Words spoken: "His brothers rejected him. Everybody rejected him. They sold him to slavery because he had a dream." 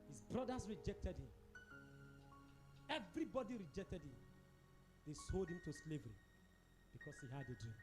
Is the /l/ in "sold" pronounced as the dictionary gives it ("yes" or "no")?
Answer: yes